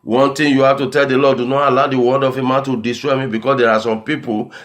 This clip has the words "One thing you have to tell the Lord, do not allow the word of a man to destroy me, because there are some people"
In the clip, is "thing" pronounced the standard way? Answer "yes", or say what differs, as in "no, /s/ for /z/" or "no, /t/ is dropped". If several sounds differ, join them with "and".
no, /t/ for /θ/